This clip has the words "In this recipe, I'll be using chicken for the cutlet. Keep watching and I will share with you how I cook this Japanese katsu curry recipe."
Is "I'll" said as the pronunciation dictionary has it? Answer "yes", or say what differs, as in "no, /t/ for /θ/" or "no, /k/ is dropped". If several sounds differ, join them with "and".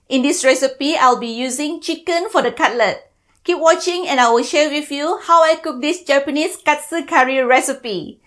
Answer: yes